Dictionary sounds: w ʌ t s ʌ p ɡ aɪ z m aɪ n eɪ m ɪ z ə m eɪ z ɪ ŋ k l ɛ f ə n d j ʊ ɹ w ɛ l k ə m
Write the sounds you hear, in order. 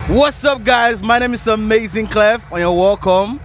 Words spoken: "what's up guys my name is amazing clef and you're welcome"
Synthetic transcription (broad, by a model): w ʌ t s ʌ p ɡ aɪ z m aɪ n eɪ m ɪ z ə m eɪ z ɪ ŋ k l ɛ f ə n j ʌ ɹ w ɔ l k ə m